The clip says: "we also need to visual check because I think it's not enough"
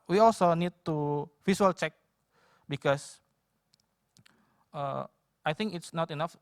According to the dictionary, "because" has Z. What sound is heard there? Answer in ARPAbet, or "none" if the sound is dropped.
S